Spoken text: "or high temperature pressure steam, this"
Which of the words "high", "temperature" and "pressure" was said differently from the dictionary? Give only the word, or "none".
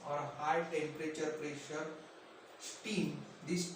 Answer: none